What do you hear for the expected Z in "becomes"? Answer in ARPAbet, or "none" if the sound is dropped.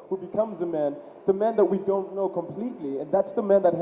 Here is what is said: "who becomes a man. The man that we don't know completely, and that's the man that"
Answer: Z